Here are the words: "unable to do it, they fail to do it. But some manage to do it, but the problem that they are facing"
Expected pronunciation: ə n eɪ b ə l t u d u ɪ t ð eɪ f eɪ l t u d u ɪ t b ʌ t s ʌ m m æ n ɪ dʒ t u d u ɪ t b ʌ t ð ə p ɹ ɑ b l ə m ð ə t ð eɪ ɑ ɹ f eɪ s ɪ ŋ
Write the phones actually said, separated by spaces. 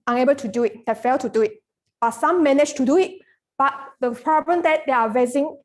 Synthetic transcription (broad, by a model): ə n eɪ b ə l t u d u ɪ t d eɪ f eɪ l t u d u ɪ t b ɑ t s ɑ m m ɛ n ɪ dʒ t u d u ɪ t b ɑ t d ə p ɹ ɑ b ə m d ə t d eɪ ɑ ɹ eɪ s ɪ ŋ